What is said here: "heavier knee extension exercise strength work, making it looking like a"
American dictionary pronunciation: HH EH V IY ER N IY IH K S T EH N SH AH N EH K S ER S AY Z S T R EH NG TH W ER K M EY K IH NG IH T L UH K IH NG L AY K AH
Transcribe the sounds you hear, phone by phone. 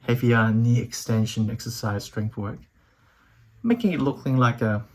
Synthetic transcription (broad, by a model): HH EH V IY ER N IY IH K S T EH N SH AH N EH K S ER S AY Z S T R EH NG F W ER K M EY K IH NG IH T L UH K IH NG L AY K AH